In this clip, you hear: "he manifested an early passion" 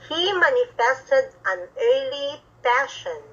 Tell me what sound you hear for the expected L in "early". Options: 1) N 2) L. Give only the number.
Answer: 2